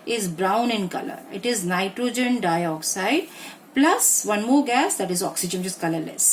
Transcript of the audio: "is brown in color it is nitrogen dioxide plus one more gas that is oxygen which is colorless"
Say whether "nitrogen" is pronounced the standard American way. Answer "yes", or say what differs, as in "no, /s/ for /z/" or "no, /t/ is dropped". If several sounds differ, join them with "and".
yes